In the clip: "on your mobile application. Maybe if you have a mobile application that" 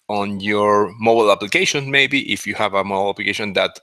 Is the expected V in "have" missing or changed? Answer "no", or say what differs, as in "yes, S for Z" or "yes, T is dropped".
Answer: no